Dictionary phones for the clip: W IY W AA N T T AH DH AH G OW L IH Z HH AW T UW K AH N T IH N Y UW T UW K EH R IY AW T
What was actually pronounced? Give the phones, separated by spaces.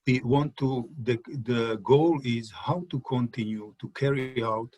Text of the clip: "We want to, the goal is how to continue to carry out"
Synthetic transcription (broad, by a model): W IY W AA N T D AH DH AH G OW L IH Z HH AW T UW K AH N T IH N Y UW T UW K EH R IY AW T